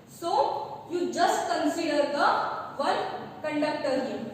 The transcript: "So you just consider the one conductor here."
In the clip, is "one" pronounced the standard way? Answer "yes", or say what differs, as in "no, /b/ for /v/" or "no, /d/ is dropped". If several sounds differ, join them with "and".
no, /l/ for /n/